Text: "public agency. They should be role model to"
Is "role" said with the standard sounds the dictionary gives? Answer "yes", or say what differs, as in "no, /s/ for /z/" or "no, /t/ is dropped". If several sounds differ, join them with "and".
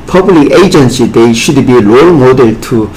no, /l/ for /ɹ/